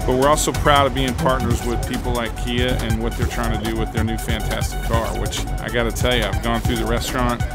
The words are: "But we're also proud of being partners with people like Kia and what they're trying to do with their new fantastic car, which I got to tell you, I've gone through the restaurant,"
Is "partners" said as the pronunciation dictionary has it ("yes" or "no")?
yes